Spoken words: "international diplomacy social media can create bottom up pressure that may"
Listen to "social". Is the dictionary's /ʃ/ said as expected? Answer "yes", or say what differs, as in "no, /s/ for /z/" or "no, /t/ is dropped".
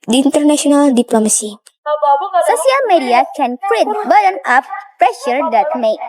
no, /s/ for /ʃ/